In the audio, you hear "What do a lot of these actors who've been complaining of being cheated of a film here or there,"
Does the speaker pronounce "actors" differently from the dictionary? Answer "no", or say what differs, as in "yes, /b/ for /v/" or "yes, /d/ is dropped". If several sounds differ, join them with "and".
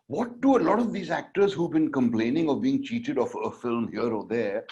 no